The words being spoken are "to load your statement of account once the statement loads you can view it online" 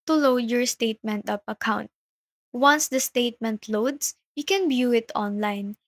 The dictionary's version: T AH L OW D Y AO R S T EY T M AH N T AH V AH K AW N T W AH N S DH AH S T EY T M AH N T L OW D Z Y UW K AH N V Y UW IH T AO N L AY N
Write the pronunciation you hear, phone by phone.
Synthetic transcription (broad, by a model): T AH L OW D Y AO R S T EY T M AH N T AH P AH K AW N T W AH N S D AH S T EY T M AH N T L OW D S Y UW K AH N B Y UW IH T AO N L AY N